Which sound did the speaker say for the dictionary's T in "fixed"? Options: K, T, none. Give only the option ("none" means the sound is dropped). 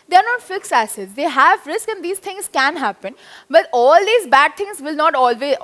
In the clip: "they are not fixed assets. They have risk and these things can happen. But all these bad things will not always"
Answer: none